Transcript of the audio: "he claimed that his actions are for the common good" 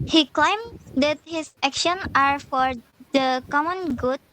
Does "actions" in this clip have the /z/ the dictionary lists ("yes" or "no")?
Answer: no